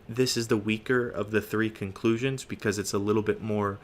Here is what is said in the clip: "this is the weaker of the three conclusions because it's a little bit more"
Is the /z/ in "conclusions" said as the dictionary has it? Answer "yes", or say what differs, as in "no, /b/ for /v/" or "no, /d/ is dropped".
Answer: yes